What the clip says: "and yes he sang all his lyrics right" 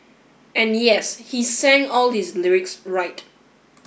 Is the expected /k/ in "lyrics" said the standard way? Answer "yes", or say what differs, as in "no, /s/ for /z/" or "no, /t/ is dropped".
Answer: yes